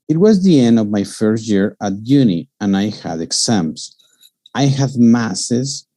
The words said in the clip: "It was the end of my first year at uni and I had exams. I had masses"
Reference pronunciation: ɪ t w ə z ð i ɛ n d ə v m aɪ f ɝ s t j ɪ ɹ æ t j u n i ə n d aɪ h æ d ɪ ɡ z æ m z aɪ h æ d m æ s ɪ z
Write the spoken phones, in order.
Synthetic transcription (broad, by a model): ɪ t w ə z ð i ɛ n d ə v m aɪ f ɝ s t j ɪ ɹ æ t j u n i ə n aɪ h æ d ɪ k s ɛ m s aɪ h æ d m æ s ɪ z